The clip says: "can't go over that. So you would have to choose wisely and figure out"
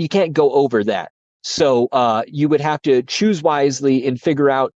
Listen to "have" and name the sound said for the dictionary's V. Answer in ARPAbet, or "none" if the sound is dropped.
F